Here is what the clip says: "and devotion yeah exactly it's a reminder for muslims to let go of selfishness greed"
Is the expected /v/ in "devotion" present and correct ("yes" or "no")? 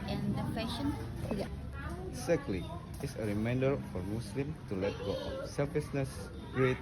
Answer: no